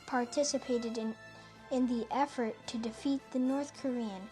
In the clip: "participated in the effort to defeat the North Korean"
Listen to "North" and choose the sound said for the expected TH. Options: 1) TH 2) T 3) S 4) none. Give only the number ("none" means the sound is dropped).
1